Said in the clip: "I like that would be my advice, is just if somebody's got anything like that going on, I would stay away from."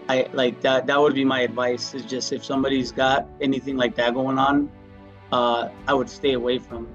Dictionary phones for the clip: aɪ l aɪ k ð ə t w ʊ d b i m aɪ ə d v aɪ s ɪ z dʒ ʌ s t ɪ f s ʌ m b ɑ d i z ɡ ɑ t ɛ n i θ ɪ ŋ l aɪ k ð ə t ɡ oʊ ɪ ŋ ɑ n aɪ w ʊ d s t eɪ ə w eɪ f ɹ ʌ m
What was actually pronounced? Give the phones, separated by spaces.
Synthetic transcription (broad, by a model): aɪ l aɪ k ð ə t w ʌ d b i m aɪ ə d v aɪ s ɪ z dʒ ʌ s t ɪ f s ʌ m b ɑ d i z ɡ ɑ t ɛ n i θ ɪ ŋ l aɪ k ð ə t ɡ oʊ ɪ ŋ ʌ n aɪ w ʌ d s t eɪ ə w eɪ f ɹ ʌ m